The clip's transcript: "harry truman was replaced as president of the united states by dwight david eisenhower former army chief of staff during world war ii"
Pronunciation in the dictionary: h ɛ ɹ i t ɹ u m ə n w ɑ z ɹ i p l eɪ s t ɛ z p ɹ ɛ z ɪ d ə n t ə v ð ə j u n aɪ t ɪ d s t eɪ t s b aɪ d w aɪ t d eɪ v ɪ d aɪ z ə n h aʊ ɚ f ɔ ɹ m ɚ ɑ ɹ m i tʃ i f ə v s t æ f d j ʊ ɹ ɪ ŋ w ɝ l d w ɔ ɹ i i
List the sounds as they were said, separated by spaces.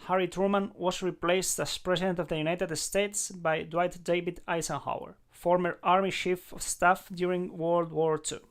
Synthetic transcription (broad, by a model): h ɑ ɹ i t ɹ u m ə n w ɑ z ɹ i p l eɪ s t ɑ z p ɹ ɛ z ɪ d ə n t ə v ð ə j u n aɪ t ɪ d s t eɪ t s b aɪ d w aɪ t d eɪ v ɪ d aɪ s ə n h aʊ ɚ f ɔ ɹ m ɚ ɑ ɹ m i ʃ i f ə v s t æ f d j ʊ ɹ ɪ ŋ w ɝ l d w ɔ ɹ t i